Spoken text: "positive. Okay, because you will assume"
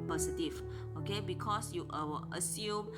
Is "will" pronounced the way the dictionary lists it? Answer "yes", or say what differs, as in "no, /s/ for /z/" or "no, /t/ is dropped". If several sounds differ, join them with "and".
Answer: no, /w/ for /l/